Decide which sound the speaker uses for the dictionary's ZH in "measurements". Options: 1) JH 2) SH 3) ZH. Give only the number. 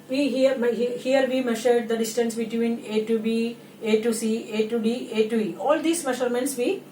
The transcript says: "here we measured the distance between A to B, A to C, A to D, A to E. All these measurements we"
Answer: 2